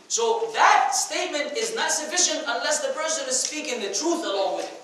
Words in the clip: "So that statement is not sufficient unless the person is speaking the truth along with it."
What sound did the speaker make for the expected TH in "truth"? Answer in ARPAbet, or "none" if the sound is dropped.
TH